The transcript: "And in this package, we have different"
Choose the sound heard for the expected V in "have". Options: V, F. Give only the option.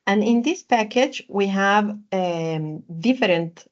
V